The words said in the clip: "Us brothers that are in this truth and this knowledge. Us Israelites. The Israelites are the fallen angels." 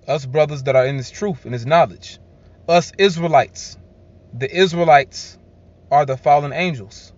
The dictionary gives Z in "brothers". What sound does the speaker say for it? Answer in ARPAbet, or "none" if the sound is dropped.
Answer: Z